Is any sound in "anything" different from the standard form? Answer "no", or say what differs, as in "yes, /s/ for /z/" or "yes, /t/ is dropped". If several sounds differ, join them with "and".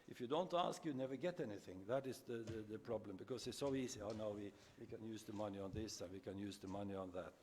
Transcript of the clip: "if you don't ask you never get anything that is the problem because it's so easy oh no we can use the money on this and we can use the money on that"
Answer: no